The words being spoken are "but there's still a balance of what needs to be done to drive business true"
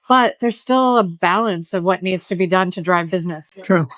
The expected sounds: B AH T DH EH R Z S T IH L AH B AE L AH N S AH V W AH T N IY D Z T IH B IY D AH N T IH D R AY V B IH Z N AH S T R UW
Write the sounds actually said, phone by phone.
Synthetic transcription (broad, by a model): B AH T DH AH R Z S T IH L AH B AE L AH N S AH V W AH T N IY D Z T IH B IY D AH N T IH D R AY V B IH Z N AH S T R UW